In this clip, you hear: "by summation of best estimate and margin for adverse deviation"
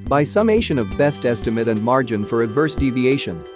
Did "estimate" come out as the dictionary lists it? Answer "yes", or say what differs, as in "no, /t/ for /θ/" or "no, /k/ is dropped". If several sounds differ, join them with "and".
yes